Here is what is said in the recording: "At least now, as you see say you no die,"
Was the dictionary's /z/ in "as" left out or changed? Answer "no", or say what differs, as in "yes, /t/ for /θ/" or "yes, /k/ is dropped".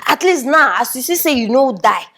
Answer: yes, /s/ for /z/